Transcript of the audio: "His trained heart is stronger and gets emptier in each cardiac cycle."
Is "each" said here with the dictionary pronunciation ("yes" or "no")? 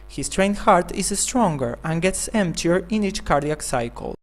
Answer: yes